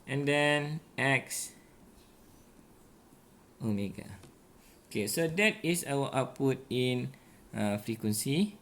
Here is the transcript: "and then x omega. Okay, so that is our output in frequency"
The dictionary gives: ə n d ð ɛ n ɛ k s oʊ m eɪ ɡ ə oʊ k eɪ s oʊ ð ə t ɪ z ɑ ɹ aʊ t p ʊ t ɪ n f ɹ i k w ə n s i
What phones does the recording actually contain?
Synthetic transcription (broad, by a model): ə n d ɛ n ɛ k s oʊ m eɪ ɡ ə oʊ k eɪ s oʊ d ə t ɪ s ɑ w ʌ t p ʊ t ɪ n f ɹ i k w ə n s i